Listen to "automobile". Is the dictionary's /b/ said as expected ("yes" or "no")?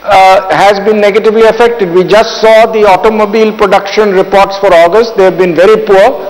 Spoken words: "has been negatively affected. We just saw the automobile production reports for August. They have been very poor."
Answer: yes